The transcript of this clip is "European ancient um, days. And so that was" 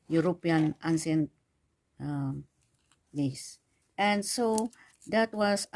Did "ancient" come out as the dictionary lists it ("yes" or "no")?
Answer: no